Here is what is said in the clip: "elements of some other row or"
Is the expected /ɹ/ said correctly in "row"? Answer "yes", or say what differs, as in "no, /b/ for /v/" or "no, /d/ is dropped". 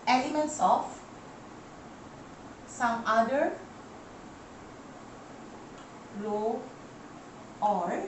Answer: no, /l/ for /ɹ/